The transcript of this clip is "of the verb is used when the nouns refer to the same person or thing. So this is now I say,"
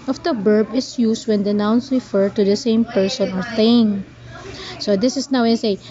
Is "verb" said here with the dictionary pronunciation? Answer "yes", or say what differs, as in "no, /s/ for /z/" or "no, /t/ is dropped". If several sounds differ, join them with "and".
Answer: no, /b/ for /v/